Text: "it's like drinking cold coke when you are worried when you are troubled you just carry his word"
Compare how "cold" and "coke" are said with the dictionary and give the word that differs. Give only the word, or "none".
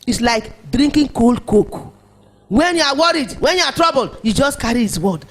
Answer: none